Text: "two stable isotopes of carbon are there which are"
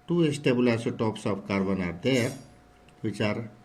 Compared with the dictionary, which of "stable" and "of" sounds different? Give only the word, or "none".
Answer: of